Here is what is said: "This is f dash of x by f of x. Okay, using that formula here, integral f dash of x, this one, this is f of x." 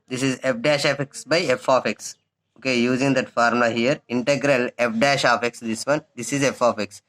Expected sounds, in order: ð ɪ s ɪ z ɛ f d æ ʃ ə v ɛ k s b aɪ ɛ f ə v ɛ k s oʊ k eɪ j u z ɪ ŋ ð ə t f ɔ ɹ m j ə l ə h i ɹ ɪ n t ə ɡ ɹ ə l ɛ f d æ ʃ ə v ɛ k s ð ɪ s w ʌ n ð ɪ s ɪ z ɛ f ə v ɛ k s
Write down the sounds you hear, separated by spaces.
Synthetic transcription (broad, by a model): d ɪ s ɪ z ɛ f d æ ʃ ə f ɛ k s b aɪ ɛ f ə f ɛ k s oʊ k eɪ j u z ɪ ŋ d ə t f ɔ ɹ m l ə h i ɹ ɪ n t ə ɡ ɹ ə l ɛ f d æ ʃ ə f ɛ k s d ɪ s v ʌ n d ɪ s ɪ z ɛ f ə f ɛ k s